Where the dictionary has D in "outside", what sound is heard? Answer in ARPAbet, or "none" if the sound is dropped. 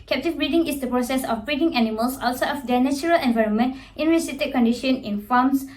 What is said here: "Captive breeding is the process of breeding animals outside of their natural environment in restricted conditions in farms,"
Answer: none